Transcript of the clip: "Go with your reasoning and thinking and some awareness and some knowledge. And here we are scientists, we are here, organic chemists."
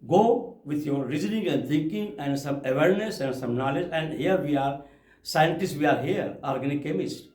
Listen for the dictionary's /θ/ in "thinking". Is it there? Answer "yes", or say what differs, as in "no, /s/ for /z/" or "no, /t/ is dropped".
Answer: no, /t/ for /θ/